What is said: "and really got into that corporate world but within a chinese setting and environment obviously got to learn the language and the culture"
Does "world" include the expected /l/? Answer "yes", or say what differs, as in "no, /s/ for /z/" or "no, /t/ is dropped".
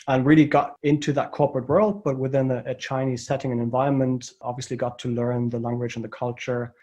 yes